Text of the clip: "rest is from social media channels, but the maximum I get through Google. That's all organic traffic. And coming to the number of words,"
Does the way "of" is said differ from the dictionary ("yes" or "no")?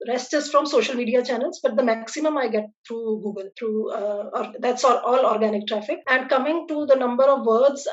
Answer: no